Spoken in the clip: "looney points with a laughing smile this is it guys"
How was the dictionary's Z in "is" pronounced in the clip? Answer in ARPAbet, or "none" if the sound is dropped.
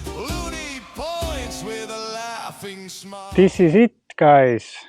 S